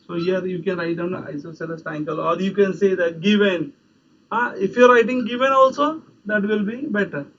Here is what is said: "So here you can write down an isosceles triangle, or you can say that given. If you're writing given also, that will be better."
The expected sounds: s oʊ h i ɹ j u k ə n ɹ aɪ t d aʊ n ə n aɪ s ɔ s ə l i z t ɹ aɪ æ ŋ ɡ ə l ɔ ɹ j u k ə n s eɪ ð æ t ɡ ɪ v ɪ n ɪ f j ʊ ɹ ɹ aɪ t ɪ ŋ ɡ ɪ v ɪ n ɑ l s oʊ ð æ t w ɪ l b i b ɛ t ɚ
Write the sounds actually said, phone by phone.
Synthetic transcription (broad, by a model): s oʊ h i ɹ j u k ə n ɹ aɪ t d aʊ ə n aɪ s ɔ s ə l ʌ s t aɪ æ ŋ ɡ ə l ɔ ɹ j u k ə n s eɪ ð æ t ɡ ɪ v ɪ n ɪ f j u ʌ ɹ aɪ t ɪ ŋ ɡ ɪ v ɪ n ɑ l s oʊ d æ t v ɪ l b i b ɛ t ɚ